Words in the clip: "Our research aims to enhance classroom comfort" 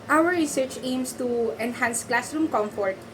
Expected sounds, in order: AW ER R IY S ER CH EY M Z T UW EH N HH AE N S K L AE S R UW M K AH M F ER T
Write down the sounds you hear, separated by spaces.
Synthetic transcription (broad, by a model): AW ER R IY S ER CH EY M S T UW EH N HH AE N S K L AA S R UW M K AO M F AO T